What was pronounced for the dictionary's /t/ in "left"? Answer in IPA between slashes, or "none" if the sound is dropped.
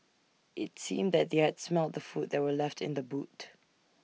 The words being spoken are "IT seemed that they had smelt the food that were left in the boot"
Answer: /t/